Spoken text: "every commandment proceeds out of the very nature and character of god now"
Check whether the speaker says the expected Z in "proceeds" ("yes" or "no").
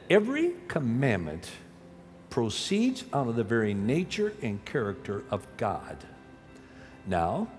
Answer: yes